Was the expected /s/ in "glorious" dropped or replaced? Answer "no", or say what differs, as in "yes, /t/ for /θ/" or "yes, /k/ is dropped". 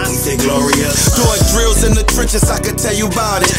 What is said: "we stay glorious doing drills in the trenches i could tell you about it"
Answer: yes, /s/ is dropped